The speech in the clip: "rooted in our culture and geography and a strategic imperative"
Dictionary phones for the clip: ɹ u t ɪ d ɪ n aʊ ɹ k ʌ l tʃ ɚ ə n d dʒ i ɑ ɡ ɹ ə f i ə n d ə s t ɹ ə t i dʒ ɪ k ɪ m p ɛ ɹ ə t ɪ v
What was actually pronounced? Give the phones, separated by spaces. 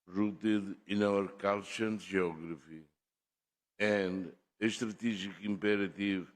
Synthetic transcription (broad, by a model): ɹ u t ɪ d ɪ n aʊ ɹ k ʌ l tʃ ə n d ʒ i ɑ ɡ ɹ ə f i ə n d ə ʃ t ɹ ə t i ʒ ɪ k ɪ m p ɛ ɹ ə t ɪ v